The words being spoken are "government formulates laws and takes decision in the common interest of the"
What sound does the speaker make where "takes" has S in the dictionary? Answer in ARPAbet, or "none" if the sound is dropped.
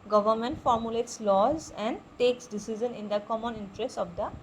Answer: S